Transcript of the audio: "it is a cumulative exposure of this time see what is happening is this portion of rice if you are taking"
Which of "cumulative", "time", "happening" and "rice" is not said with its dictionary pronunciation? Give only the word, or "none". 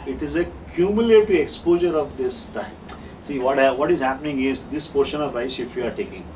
cumulative